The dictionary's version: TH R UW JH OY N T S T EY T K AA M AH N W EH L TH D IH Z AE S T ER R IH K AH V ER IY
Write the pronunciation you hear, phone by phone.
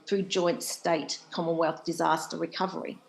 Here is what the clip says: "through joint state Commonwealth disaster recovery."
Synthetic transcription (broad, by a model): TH R UW JH OY N T S T EY T K AA M AH N W EH L TH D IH Z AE S T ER R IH K AH V ER IY